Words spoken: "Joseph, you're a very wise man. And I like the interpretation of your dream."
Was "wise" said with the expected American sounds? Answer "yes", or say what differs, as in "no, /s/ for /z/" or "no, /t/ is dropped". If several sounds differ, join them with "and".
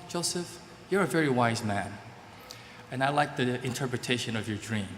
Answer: yes